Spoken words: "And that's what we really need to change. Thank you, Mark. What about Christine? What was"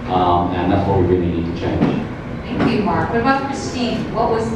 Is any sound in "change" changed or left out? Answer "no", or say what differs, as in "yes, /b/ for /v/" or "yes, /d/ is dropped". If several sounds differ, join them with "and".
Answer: yes, /z/ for /dʒ/